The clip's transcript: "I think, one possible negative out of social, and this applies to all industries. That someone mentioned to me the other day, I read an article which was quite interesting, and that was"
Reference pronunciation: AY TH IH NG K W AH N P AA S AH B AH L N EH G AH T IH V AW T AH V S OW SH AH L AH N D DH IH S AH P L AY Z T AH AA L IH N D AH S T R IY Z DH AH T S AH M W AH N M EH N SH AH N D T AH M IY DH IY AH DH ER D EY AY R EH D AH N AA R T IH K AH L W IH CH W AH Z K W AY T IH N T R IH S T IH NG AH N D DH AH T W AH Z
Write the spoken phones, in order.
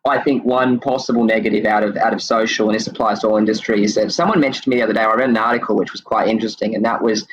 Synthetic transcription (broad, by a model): AY TH IH NG K W AH N P AA S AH B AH L N EH G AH T IH V AW T AH V S OW SH L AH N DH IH S AH P L AY Z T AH AA L IH N D AH S T R IY Z DH AH T S AH M W AH N M EH N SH N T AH M IY DH IY AH DH ER D EY AY R EH D N AA R T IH K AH L W IH CH W AH Z K W AY T IH N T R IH S T IH NG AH N DH AH T W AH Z